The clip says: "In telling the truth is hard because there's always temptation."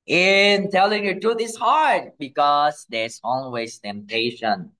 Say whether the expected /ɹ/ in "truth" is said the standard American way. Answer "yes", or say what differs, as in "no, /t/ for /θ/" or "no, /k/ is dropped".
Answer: no, /ɹ/ is dropped